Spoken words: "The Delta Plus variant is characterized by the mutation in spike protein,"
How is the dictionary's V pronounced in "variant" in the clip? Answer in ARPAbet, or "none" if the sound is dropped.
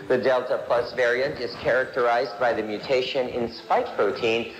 V